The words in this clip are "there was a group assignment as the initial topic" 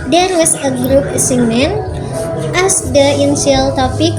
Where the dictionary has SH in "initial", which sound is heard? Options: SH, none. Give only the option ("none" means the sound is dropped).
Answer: none